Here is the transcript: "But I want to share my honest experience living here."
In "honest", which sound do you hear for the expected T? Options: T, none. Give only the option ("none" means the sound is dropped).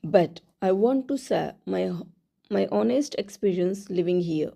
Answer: T